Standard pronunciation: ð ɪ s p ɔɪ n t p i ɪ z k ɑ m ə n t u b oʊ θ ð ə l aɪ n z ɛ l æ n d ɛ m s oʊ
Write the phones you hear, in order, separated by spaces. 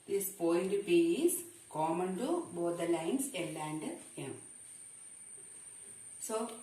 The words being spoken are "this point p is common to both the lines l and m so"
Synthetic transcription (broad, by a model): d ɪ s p ɔɪ l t p i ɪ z k ɑ m ə n t u b oʊ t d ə l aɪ n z ɛ l æ n d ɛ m s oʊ